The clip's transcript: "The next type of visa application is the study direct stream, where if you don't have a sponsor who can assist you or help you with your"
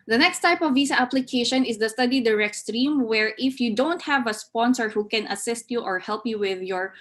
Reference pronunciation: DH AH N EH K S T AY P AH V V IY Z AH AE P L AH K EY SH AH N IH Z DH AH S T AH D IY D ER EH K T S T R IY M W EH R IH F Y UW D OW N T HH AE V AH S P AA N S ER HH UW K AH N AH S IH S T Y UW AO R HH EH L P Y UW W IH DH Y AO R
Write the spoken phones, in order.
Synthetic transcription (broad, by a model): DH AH N EH K S T AY P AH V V IY S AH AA P L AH K EY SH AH N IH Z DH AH S T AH D IY D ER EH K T S T R IY M W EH R IH F Y UW D OW N T HH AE V AH S P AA N S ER HH UW K AH N AH S IH S T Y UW AO R HH EH L P Y UW W IH DH Y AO R